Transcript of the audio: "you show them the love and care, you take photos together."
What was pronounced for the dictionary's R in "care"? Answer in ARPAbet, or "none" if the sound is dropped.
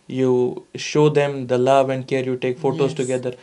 R